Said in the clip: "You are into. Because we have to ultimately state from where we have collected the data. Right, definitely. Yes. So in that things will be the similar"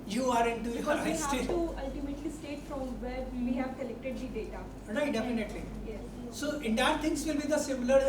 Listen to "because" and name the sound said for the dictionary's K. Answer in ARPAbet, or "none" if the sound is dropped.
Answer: none